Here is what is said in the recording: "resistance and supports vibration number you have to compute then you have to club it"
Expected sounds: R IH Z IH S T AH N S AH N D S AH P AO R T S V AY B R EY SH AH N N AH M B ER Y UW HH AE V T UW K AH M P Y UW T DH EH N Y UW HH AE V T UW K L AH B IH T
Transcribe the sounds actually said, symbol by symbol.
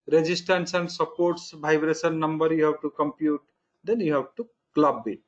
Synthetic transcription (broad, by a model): R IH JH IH S T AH N S AH N D S AH P AO R T S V AY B R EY S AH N N AH M B ER Y UW HH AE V T UW K AH M P Y UW T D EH N Y UW HH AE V T UW K L AH B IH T